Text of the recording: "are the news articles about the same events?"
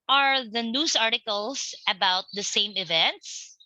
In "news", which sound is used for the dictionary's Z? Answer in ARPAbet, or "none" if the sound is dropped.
S